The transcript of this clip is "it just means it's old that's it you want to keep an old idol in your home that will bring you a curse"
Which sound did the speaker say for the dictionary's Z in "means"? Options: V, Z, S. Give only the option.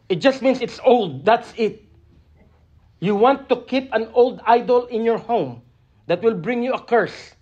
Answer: S